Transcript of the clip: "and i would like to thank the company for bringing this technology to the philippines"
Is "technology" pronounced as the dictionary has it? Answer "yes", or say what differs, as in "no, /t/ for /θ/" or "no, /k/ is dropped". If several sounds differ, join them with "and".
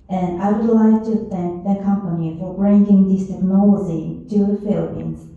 no, /z/ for /dʒ/